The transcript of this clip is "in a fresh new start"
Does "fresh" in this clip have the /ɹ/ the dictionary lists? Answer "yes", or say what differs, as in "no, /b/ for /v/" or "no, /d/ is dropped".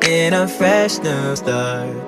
yes